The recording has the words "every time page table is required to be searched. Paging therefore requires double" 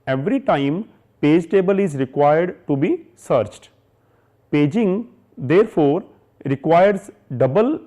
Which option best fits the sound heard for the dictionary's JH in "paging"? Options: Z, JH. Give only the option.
JH